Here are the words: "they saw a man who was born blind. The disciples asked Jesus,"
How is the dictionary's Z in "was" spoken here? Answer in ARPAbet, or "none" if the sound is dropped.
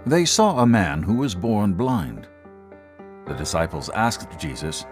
Z